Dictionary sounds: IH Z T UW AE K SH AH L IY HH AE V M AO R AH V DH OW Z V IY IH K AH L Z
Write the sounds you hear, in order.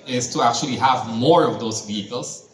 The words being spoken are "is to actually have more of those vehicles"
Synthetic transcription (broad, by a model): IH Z T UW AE K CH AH L IY HH AE V M AO R AH V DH OW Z V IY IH K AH L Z